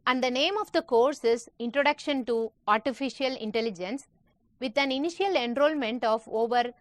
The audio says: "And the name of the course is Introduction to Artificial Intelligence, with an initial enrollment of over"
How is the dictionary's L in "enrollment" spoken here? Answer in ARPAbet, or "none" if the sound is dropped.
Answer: L